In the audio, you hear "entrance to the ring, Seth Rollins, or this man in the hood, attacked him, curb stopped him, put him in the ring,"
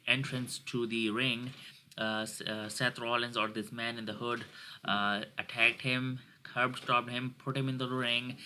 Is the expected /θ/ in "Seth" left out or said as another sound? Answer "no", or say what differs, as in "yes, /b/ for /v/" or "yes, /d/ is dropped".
yes, /t/ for /θ/